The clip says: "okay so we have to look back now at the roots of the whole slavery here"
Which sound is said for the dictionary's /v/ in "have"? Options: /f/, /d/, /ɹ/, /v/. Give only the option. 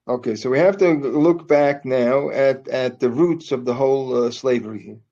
/f/